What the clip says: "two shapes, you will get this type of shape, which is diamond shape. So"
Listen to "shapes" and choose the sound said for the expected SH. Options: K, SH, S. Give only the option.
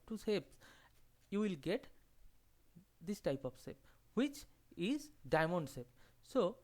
S